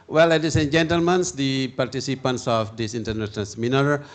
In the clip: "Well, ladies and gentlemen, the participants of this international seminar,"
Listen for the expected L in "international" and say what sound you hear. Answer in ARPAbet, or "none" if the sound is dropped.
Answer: N